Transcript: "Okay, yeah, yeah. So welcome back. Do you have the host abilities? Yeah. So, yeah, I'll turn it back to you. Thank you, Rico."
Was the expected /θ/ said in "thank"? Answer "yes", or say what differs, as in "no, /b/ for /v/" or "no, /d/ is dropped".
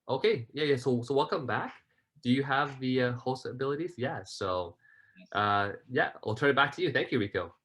yes